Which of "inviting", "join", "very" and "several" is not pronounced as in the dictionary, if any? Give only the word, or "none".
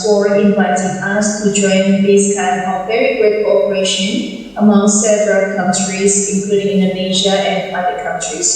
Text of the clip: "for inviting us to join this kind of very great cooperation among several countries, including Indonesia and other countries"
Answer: none